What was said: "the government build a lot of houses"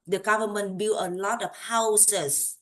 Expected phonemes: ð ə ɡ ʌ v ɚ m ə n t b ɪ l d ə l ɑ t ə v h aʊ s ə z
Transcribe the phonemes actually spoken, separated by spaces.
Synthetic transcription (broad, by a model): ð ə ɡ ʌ v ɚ m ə n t b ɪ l ə l ɑ t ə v h aʊ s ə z